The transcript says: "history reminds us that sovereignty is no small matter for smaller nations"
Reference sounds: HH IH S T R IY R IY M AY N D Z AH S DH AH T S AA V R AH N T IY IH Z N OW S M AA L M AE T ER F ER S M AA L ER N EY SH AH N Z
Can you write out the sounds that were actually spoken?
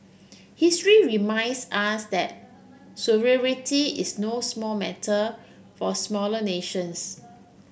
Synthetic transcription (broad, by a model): HH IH S T R IY R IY M AY N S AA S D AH T S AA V R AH T IY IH S N OW S M AA L M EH T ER F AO S M AA L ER N EY SH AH N S